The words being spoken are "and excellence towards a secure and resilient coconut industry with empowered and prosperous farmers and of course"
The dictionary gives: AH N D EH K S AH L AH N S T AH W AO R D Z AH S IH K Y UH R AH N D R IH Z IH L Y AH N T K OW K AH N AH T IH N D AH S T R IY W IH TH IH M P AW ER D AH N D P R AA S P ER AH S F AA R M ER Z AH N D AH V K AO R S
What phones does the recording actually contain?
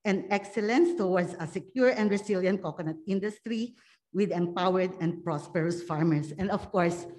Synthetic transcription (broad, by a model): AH N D EH K S AH L AH N S T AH W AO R D S AH S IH K Y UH R AH N D R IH S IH L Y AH N T K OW K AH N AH T IH N D AH S T R IY W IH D IH M P AW ER D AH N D P R AA S P ER AH S F AA R M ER S AH N D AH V K AO R S